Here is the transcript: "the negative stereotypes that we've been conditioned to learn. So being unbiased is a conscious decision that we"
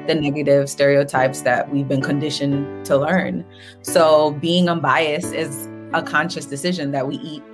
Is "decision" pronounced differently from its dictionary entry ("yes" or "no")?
no